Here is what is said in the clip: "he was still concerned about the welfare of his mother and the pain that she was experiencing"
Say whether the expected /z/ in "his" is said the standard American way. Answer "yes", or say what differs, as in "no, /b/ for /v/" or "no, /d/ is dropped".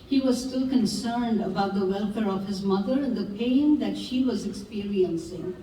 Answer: yes